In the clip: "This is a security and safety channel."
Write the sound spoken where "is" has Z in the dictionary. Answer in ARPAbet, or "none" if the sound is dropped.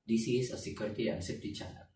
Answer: S